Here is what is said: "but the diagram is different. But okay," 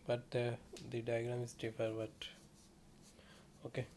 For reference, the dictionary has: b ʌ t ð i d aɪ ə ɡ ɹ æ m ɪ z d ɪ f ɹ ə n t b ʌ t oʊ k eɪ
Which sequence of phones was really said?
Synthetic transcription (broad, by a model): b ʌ t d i d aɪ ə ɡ ɹ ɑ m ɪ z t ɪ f ə t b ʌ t oʊ k eɪ